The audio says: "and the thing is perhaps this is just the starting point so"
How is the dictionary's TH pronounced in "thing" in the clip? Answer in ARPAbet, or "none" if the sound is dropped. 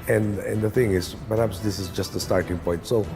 TH